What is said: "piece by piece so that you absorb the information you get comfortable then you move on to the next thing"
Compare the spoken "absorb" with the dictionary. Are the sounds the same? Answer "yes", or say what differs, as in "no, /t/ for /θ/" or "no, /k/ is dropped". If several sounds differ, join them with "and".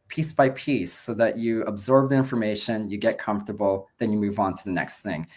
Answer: yes